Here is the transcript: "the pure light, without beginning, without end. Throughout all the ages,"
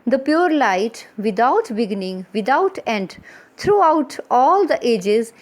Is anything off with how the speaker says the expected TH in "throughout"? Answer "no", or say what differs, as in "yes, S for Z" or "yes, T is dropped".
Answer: yes, T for TH